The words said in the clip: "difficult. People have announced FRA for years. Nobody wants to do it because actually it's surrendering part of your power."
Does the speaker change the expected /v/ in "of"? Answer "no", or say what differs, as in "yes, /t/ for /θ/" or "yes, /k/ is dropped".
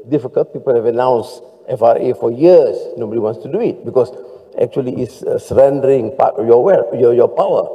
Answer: yes, /p/ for /v/